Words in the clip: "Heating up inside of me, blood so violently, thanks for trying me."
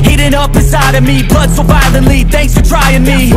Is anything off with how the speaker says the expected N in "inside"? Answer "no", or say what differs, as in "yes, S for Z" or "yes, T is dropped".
yes, N is dropped